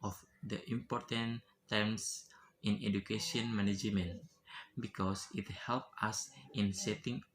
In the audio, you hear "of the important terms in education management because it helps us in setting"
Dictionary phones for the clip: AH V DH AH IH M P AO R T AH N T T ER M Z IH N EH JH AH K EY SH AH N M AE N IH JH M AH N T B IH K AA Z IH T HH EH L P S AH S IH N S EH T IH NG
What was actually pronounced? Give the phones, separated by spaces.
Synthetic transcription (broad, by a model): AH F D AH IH M P AO R T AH N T T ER M S IH N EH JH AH K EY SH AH N M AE N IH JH M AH N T B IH K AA S IH T HH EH L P AH S IH N S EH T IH NG